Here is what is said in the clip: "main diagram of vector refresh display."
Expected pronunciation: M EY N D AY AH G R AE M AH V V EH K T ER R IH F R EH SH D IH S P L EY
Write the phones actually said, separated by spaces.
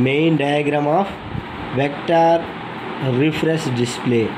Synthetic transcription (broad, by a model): M EY N D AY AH G R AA M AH F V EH K T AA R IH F R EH S D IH S P L EY